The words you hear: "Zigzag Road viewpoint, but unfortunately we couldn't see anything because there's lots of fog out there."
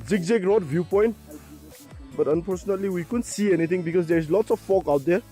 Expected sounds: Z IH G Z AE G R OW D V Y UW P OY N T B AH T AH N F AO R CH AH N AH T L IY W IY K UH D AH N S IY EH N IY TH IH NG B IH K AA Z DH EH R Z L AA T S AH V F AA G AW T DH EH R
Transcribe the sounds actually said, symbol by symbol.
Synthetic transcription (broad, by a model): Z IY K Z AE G R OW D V Y UW P OY N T B AH T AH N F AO R S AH N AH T L IY W IY K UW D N S IY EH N IY T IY NG B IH K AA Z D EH R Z L AA T S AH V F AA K AW T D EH R